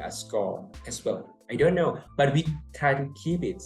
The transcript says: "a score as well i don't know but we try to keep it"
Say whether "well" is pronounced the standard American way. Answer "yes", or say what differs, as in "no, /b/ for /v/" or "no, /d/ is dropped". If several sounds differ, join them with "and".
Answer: no, /n/ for /l/